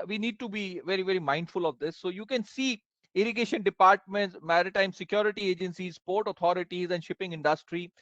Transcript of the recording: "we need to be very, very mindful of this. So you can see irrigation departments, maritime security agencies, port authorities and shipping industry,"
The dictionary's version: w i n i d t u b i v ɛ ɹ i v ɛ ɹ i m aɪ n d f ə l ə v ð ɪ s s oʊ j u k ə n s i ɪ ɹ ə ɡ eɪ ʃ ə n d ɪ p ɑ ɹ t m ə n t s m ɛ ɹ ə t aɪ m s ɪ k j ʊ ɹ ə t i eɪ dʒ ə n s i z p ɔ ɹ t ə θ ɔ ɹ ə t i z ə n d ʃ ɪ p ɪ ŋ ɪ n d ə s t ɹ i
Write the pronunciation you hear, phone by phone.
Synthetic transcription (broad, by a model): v i n i d t u b i v ɛ ɹ i v ɛ ɹ i m aɪ n d f ə l ə v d ɪ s s oʊ j u k ə n s i ɪ ɹ ə ɡ eɪ ʃ ə n d ɪ p ɑ ɹ t m ə n t s m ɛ ɹ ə t aɪ m s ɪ k j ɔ ɹ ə t i eɪ dʒ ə n s i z p ɔ ɹ t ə t ɔ ɹ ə t i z ə n d ʃ ɪ p ɪ ŋ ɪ n d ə s t ɹ i